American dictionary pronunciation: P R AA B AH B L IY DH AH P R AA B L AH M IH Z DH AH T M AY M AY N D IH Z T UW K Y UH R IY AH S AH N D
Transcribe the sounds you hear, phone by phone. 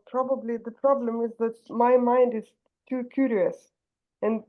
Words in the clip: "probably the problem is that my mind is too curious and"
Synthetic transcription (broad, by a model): P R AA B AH B L IY DH AH P R AA B L AH M IH Z DH AH T M AY M AY N D IH Z T UW K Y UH R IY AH S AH N